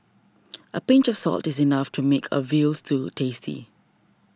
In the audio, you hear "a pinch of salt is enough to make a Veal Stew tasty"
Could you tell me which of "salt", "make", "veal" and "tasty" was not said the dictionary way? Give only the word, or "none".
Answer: none